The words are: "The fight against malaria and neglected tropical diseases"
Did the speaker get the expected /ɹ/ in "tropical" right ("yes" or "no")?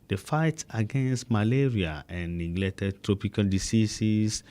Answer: yes